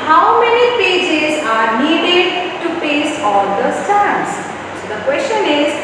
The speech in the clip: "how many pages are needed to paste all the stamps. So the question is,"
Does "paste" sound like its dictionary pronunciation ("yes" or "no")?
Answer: no